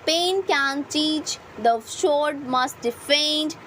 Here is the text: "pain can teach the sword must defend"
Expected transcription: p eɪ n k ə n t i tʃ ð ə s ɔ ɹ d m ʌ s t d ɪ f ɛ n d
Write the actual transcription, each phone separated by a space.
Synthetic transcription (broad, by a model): p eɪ n k ə n t i tʃ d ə ʃ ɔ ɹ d m ʌ s t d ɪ f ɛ n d